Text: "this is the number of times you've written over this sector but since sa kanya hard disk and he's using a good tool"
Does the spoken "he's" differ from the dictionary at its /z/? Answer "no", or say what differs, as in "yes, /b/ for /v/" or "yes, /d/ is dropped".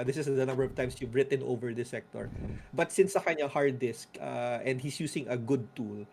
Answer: yes, /s/ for /z/